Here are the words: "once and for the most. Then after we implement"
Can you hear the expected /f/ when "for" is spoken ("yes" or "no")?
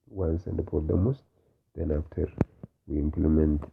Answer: no